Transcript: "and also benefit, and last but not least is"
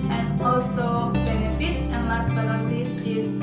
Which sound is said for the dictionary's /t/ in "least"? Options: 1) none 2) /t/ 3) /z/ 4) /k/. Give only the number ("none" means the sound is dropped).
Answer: 1